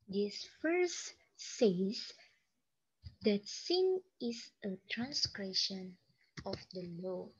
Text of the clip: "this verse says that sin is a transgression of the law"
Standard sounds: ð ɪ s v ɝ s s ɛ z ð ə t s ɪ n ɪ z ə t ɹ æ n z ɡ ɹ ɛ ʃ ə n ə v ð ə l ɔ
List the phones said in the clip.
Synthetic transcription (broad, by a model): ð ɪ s f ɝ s s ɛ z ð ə t s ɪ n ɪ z ə t ɹ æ n s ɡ ɹ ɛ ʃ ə n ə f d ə l ɔ